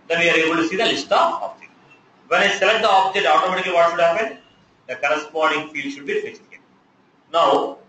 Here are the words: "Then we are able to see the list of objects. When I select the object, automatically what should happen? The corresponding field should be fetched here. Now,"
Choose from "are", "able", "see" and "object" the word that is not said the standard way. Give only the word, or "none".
object